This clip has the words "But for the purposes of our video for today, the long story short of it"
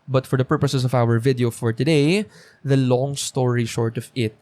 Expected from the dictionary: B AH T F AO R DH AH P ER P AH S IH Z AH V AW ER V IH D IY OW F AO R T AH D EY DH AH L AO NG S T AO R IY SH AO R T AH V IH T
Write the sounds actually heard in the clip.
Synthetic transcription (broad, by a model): B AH T F AO R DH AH P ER P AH S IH S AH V AW ER V IH D IY OW F AO R T AH D EY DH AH L AO NG S T AO R IY SH AO R T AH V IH T